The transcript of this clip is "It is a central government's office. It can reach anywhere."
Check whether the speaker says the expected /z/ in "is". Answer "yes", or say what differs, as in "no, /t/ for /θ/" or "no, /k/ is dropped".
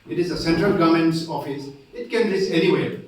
yes